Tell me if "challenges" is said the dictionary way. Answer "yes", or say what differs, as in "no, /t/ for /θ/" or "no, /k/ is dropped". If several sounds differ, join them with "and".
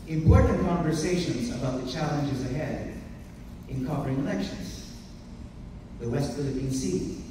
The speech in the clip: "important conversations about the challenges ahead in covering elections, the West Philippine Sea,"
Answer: yes